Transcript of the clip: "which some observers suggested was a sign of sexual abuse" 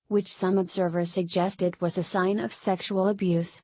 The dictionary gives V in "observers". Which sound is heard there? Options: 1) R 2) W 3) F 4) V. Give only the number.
4